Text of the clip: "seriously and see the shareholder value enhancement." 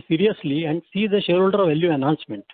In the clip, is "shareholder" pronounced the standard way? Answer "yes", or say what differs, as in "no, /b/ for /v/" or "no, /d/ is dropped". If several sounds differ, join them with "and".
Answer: yes